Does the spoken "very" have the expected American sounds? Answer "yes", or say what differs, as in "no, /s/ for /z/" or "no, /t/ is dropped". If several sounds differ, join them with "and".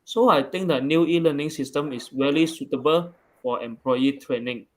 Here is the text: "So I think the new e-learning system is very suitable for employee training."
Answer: no, /l/ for /ɹ/